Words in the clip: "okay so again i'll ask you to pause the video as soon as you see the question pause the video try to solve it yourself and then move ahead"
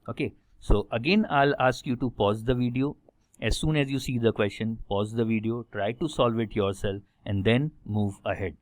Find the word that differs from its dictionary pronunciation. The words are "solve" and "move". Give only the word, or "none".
none